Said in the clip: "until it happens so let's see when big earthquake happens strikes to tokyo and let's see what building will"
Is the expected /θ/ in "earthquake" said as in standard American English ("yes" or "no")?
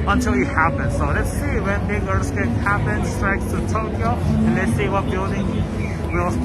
no